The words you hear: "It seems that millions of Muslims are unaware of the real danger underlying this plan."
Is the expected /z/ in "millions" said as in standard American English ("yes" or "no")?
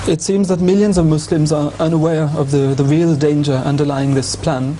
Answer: yes